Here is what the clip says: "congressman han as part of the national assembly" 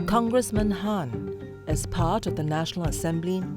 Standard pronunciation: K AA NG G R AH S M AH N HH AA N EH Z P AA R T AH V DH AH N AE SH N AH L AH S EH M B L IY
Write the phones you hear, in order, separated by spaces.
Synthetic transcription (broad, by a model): K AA NG G R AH S M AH N HH AA N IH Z P AA R T AH V DH AH N AE SH N AH L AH S EH M B L IY